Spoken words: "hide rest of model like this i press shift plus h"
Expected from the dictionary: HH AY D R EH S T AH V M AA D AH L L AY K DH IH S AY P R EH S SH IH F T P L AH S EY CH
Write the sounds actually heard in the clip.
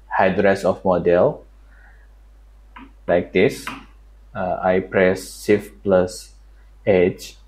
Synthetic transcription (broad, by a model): HH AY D R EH S AH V M AA D AH L L AY K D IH S AY P R EH S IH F P L AH S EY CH